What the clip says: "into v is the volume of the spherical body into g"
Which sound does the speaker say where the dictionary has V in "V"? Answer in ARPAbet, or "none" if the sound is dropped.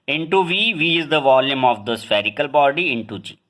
V